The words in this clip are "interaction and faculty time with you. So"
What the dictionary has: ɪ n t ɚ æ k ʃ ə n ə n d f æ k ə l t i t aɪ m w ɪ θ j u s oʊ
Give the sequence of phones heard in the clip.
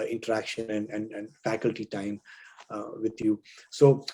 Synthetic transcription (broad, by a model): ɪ n t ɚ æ k ʃ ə n ə n d f æ k ə l t i t aɪ m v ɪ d j u s oʊ